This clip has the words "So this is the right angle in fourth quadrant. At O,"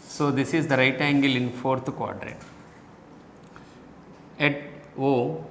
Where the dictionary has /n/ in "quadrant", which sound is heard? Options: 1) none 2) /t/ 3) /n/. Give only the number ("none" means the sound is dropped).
1